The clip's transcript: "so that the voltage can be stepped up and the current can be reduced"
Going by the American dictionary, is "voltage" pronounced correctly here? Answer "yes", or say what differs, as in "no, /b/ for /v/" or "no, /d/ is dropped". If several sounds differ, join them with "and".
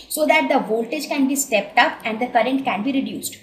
yes